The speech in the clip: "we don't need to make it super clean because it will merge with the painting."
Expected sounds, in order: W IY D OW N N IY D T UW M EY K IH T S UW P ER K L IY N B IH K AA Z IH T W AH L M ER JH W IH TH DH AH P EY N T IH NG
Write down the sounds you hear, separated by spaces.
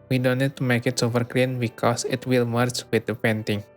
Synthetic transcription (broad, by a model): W IY D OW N N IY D T UW M EY K IH T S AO F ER K L IY N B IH K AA S IH T W AH L M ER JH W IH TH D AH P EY N T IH NG